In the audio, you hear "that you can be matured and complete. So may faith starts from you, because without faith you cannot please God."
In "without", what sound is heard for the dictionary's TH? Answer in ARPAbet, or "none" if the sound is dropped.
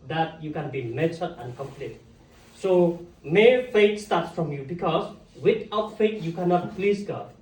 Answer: T